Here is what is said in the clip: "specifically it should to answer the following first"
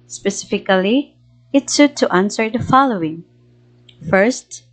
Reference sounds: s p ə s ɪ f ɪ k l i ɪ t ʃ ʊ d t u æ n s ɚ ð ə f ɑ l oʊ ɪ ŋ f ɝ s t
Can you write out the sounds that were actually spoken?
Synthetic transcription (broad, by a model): s p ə s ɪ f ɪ k l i ɪ t s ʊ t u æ n s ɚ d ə f ɑ l oʊ ɪ ŋ f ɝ s t